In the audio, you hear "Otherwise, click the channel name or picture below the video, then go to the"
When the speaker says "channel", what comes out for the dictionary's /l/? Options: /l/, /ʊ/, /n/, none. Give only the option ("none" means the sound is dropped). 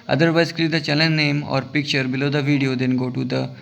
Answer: /n/